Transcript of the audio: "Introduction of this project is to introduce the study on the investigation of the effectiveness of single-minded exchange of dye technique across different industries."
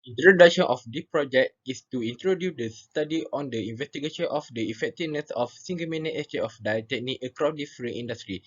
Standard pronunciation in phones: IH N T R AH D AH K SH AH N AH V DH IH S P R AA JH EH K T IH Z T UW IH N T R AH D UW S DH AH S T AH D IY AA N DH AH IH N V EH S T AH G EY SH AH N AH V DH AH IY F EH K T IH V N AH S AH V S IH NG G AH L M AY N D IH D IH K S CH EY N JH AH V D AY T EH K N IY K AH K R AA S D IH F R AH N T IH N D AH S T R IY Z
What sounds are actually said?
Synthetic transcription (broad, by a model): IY N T R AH D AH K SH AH N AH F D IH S P R AA JH EH K T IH S T UW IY N T R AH D UW S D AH S T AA D IY AA N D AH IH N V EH S T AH G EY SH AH N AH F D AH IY F EH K T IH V N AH S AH F S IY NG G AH M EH N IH IH S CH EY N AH F D AY T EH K N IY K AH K R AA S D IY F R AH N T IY N D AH S T R IY